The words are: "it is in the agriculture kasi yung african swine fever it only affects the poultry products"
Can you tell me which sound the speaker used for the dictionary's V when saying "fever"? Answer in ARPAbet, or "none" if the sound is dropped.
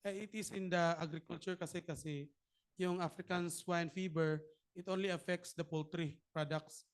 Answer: B